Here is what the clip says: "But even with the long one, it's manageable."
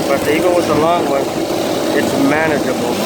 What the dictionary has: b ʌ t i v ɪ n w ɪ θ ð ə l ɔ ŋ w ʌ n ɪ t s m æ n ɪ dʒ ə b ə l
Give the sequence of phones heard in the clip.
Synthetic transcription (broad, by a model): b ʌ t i ɪ l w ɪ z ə l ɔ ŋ w ʌ n ɪ t s m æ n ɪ dʒ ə b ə l